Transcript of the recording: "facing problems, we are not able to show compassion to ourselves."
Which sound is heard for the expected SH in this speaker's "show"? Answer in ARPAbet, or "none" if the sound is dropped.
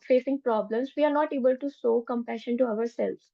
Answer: S